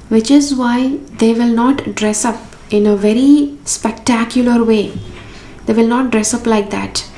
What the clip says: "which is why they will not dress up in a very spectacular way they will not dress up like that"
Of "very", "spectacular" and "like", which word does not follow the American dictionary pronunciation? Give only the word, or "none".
none